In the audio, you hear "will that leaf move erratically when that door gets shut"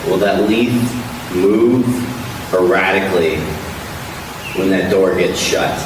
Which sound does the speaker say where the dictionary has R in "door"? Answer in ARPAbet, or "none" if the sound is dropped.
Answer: R